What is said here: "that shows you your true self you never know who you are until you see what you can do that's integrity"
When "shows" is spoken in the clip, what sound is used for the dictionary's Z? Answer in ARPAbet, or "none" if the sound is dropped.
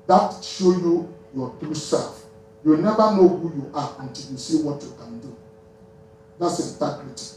none